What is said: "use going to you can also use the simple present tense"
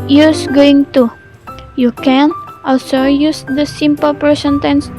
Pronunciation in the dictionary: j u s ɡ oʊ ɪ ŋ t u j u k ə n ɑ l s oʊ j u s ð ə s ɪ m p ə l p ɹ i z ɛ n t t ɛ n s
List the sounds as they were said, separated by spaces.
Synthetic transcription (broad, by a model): j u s ɡ oʊ ɪ ŋ t u j u k ə n ɑ l s oʊ j u s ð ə s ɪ m p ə l p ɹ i s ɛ n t t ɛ n s